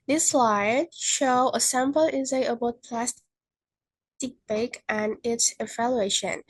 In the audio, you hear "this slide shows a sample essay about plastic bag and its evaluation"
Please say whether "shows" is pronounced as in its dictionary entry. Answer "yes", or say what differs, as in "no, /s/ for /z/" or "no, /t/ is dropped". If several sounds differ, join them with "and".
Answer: no, /z/ is dropped